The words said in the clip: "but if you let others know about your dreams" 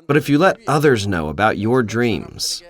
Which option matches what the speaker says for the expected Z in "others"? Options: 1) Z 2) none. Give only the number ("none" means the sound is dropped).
1